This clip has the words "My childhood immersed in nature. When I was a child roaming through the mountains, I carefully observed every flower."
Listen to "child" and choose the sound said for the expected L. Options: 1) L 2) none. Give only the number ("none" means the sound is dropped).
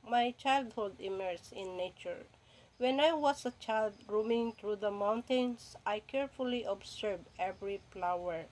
1